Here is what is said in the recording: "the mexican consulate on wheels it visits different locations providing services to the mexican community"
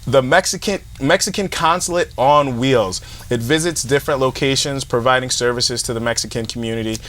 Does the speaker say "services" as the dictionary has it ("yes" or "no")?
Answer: yes